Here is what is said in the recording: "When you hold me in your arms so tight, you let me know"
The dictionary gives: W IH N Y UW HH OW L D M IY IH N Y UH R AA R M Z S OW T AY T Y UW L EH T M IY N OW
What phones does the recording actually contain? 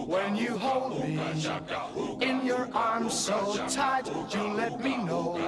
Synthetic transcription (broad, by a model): W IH N Y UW HH OW L D M IY IH N Y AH R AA R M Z S OW T AY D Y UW L EH T M IY N OW